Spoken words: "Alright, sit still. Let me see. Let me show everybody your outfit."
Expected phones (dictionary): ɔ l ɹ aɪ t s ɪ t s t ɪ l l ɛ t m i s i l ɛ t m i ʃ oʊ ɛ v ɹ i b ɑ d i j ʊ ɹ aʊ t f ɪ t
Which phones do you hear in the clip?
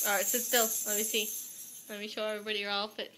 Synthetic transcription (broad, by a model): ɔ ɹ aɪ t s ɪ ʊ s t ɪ l l ɛ t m i s i l ɛ t m i ʃ oʊ ɛ v ɹ i b ɑ d i j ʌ ɹ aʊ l f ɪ t